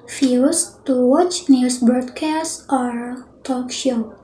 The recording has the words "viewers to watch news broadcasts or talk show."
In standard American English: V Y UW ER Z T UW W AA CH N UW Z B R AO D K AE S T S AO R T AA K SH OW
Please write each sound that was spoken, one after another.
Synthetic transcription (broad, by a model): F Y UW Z T UW W AA CH N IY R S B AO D K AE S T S AO R T AA K SH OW